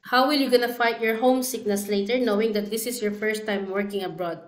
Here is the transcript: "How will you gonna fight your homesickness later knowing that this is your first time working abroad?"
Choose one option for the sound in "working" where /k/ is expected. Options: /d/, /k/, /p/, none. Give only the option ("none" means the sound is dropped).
/k/